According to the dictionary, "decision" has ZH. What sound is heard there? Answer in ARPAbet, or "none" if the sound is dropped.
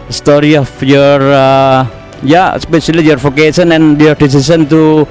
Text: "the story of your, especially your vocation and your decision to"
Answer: S